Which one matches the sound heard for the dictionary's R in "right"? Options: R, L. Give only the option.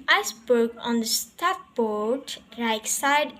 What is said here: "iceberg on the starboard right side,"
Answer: L